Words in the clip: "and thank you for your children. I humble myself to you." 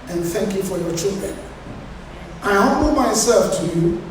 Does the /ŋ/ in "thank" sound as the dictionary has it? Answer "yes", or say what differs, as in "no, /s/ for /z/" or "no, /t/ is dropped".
yes